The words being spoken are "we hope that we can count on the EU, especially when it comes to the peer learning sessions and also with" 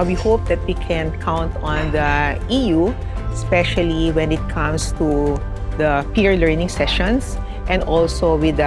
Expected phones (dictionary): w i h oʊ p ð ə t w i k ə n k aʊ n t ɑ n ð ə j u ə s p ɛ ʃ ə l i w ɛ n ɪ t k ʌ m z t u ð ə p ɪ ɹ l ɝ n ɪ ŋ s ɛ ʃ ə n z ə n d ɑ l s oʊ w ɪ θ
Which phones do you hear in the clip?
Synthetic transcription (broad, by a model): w i h oʊ p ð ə t w i k ə n k aʊ n t ɑ n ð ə j u s p ɛ ʃ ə l i w ɛ n ɪ t k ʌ m s t u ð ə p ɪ ɹ l ɝ n ɪ ŋ s ɛ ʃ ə n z ə n d ɑ l s oʊ w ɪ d